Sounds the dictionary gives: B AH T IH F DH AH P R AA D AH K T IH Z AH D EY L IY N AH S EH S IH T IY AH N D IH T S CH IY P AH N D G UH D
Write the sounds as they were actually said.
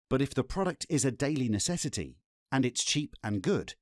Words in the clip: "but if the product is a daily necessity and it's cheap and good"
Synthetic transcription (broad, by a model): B AH T IH F DH AH P R AA D AH K T IH Z AH D EY L IY N AH S EH S IH T IY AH N IH T S CH IY P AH N G UH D